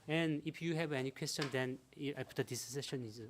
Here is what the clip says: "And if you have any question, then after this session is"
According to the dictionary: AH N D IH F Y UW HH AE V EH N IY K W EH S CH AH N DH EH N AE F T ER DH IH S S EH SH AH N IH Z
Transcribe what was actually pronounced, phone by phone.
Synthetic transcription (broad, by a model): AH N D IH P Y UW HH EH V EH N IY K W EH S CH AH N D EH N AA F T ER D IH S S EH SH AH N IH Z